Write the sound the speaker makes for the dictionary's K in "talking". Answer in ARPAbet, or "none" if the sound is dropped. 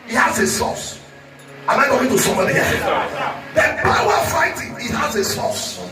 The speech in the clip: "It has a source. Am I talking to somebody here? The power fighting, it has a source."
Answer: none